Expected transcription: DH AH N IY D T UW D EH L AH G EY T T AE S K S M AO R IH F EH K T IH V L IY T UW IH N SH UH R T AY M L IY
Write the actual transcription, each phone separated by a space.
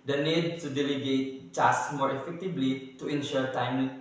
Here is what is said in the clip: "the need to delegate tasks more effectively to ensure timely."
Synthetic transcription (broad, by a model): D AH N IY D T UW D EH L AH G EY T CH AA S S M AO R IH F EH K T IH B L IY T UW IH N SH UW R T AY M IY